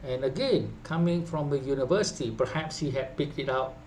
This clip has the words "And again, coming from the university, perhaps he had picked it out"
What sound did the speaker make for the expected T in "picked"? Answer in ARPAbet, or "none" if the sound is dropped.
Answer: T